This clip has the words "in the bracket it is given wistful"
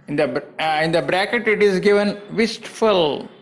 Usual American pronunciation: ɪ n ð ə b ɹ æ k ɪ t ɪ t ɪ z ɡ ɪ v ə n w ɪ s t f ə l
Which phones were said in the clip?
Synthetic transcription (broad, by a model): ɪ n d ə b ɹ æ k ɪ t ɪ t ɪ z ɡ ɪ v ə n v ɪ s t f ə l